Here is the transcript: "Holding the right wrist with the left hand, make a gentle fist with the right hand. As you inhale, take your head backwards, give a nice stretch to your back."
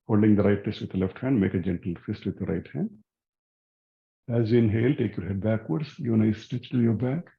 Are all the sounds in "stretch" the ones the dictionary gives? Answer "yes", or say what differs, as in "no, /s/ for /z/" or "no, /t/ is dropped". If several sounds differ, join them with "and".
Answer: no, /ɹ/ is dropped